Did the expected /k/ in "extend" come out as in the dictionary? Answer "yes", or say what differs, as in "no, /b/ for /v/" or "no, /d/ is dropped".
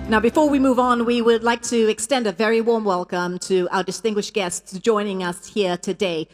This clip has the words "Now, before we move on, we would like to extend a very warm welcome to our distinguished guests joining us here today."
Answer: yes